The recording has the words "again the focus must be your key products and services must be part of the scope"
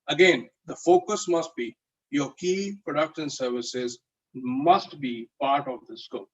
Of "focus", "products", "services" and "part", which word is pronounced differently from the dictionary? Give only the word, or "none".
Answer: products